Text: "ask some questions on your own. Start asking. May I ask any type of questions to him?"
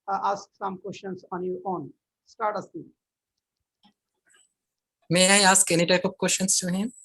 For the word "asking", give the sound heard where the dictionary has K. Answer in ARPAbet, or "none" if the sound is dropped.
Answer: none